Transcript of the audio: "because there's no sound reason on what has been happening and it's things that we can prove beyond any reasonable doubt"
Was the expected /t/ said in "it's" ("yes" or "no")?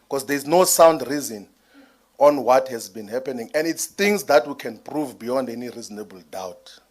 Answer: yes